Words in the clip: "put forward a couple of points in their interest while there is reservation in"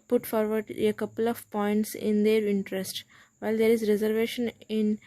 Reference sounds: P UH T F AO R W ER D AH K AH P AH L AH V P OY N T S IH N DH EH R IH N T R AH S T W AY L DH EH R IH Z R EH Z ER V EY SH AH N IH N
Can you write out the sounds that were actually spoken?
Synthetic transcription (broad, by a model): P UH T F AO R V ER D AH K AH P AH L AH V P OY N T S IH N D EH R IH N T R AH S T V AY L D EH R IH Z R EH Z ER V EY SH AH N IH N